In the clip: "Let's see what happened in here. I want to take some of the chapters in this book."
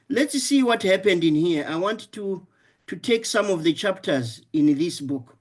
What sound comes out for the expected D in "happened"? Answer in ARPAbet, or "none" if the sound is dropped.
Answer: D